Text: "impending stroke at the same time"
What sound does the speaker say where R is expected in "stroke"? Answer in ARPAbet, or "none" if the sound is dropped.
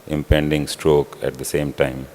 R